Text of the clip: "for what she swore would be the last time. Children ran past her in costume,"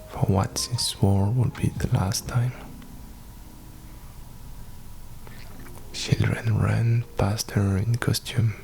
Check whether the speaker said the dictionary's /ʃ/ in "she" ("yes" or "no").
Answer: no